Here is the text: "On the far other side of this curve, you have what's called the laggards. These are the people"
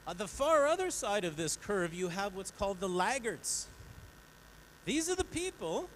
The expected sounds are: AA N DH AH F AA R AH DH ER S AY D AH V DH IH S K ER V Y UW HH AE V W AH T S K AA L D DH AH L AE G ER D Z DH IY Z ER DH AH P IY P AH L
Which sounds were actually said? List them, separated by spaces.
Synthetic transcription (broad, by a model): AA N DH AH F AA R AH DH ER S AY D AH V DH IH S K ER V Y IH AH V W AH T S K AA L D DH AH L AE G ER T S DH IY Z ER DH AH P IY P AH L